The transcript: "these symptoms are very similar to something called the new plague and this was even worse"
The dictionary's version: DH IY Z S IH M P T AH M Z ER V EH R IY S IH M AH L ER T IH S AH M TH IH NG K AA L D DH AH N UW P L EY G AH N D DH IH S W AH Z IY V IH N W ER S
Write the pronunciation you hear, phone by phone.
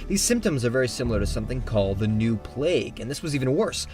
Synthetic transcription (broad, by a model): DH IY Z S IH M P T AH M Z ER V EH R IY S IH M L ER T IH S AH M TH IH NG K AA L D DH AH N UW P L EY G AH N DH IH S W AH Z IY V IH N W ER S